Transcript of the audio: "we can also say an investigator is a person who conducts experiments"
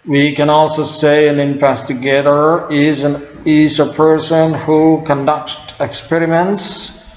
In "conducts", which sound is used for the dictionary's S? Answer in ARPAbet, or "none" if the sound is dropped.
none